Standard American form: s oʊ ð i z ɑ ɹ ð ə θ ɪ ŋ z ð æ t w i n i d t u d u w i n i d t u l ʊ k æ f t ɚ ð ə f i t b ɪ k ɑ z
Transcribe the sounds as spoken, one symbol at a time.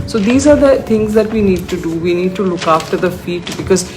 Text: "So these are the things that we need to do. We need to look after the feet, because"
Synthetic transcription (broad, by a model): s oʊ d i z ɑ ɹ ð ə t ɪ ŋ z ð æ t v i n i d t u d u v i n i d t u l ʊ k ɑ f t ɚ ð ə f i t b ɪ k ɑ z